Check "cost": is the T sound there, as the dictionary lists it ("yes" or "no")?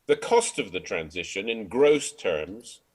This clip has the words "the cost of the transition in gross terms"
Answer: yes